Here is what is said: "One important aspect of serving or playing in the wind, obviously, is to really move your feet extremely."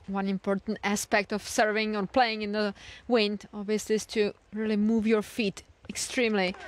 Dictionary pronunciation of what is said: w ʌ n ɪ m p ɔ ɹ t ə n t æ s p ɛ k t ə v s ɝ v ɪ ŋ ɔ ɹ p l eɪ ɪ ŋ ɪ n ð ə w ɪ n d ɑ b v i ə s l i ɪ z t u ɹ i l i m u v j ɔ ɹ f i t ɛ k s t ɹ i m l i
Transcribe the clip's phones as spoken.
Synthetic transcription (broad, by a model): w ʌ n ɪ m p ɔ ɹ t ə n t æ s p ɛ k t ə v s ɝ v ɪ ŋ ɔ ɹ p l eɪ ɪ ŋ ɪ n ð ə w ɪ n d ɑ b v i ə s l i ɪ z t u ɹ i l i m u v j ɔ ɹ f i t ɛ k s t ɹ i m l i